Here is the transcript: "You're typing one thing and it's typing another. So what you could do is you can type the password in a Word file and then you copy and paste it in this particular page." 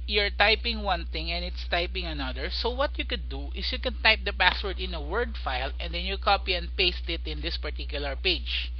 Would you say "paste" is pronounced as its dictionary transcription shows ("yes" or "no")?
yes